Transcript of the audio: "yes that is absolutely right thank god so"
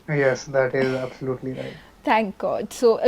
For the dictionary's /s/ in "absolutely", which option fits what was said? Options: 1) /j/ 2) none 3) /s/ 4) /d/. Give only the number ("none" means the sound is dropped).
3